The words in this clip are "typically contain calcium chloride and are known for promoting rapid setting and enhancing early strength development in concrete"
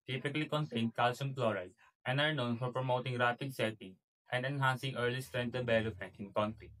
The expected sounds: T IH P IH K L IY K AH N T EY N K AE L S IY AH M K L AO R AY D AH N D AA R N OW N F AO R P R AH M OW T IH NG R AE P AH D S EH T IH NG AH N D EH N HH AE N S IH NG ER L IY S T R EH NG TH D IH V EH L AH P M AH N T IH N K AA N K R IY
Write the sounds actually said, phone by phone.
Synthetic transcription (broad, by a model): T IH P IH K L IY K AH N T EY N K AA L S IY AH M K L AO R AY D AH N D AA R N OW N F AO R P R AH M OW T IH NG R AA P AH D S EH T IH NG AH N D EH N HH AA N S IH NG ER L IY S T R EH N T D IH B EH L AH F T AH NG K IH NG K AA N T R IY